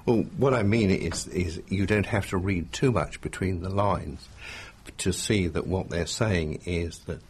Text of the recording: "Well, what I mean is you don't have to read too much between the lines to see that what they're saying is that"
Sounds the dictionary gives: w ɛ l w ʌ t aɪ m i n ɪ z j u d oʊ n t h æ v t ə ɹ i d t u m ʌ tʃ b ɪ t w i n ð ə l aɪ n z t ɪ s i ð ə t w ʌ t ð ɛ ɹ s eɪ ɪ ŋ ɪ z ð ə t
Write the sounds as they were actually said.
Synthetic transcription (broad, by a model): w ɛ l w ʌ t aɪ m i n ɪ z j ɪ d oʊ n t h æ f t ə ɹ i d t u m ʌ tʃ b ɪ t w i n ð ə l aɪ n z t ɪ s i ð ə t w ʌ t ð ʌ ɹ s eɪ ɪ ŋ ɪ z ð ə t